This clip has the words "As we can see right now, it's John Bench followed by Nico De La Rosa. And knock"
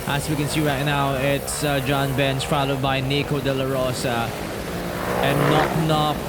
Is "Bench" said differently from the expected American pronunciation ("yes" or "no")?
yes